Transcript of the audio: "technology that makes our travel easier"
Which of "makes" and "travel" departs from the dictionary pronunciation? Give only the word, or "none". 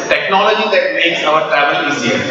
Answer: none